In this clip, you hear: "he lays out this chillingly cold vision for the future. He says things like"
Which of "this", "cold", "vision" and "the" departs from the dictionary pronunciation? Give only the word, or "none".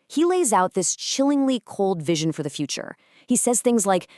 none